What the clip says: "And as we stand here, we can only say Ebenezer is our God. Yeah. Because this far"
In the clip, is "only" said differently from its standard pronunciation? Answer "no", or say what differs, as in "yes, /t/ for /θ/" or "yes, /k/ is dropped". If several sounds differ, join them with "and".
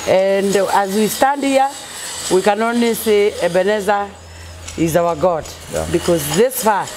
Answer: yes, /l/ is dropped